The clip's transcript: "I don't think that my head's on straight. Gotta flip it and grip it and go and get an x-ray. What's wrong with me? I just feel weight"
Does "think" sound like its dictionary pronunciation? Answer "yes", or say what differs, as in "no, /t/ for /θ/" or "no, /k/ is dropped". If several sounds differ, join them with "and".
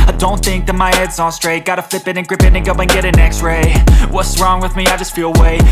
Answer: yes